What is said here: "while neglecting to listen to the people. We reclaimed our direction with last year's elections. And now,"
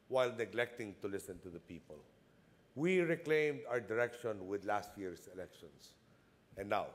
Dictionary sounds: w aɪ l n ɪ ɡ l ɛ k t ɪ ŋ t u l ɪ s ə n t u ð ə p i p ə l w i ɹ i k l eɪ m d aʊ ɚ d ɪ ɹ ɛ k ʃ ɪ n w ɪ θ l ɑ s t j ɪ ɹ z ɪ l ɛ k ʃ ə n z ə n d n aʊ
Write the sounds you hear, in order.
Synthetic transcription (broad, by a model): w aɪ l n ɪ ɡ l ɛ k t ɪ ŋ t u l ɪ s ə n t u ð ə p i p ə l w i ɹ i k l eɪ m d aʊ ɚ d ɪ ɹ ɛ k ʃ ɪ n w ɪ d l ɑ s t j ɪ ɹ s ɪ l ɛ k ʃ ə n s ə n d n aʊ